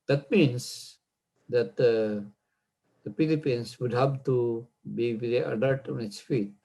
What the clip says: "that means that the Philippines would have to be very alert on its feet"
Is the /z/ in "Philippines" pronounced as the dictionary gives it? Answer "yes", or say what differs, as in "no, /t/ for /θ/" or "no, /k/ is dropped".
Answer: no, /s/ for /z/